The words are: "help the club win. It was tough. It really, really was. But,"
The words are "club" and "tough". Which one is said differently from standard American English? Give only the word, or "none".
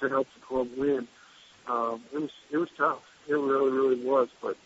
club